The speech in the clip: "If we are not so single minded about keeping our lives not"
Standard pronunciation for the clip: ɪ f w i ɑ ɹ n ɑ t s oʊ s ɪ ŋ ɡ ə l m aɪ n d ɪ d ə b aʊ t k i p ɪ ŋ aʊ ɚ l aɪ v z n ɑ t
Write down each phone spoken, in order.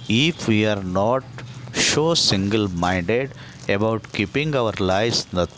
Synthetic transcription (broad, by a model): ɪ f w i ɑ ɹ n ɑ t ʃ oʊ s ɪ ŋ ɡ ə l m aɪ n d ɪ d ə b aʊ t k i p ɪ ŋ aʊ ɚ l aɪ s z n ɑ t